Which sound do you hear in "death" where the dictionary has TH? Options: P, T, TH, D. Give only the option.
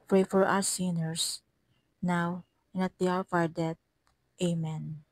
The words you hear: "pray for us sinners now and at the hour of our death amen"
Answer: T